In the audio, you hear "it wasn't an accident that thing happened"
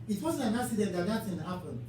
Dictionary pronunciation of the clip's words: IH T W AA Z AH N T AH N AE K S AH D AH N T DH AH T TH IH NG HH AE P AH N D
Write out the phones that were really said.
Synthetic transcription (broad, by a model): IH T W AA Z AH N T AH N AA S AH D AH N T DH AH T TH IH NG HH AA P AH N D